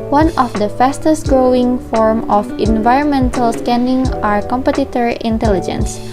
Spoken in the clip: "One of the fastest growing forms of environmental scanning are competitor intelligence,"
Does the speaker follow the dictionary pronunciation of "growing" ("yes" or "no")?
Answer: yes